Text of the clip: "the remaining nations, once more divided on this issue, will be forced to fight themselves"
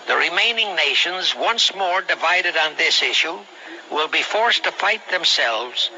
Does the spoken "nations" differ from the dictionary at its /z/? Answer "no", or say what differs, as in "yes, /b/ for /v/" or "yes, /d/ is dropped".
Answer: no